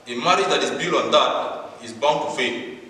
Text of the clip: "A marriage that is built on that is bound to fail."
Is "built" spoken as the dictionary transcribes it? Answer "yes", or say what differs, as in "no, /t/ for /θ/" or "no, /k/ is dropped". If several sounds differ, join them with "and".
no, /t/ is dropped